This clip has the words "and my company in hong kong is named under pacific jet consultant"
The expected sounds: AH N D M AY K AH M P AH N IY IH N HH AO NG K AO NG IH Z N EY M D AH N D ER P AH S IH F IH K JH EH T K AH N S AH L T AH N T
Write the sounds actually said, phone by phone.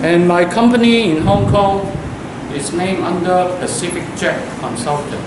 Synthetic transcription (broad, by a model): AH N M AY K AH M P AH N IY IH N HH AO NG K AO NG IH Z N EY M AH N D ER P AH S IH F IH K CH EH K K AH N S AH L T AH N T